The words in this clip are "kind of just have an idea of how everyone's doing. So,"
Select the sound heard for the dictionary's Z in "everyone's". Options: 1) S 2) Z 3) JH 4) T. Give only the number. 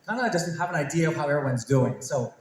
2